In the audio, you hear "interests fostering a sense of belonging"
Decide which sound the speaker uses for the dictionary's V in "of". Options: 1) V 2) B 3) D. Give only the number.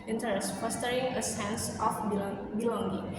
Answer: 2